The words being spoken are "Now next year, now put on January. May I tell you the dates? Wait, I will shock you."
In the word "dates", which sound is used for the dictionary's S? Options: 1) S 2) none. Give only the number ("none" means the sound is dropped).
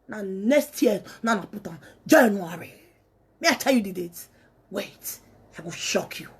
2